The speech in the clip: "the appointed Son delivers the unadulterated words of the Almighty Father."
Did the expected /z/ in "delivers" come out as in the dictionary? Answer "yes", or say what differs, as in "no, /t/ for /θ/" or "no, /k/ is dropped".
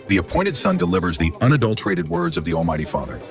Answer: yes